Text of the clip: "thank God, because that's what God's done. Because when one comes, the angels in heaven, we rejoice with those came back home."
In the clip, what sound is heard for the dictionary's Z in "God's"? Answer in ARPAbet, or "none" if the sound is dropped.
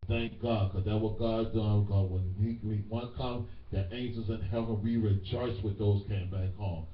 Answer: none